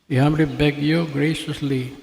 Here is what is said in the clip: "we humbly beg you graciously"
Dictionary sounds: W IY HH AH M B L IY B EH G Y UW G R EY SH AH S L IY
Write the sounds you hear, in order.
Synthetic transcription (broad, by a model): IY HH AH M L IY B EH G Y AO G R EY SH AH S L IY